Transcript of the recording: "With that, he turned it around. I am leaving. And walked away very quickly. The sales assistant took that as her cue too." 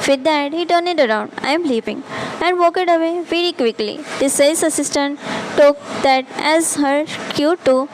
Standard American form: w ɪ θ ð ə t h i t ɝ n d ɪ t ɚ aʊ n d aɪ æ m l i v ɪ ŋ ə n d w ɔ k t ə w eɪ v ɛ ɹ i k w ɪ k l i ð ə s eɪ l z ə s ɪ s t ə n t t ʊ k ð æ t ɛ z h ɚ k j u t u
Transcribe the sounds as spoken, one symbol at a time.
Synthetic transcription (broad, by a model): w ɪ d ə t h i t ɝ n ɪ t ɚ aʊ n d aɪ m l i p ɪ ŋ ə n d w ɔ k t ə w eɪ v ɛ ɹ i k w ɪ k l i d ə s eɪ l s ə s ɪ s t ə n t t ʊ k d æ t ɛ z h ɚ k j u t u